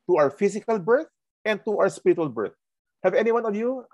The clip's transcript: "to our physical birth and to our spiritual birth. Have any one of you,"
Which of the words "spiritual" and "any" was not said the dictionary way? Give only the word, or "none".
none